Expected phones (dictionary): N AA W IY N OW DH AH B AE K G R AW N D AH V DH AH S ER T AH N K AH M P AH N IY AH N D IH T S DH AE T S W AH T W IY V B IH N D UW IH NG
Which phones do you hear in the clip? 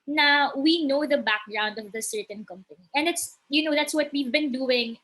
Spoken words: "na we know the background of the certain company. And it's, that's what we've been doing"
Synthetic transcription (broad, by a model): N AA W IY N OW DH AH B AE K G R AW N D AH V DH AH S ER T AH N K AH M P AH N IY AH N D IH T S DH AE T S W AH T W IY V B IH N D UW IH NG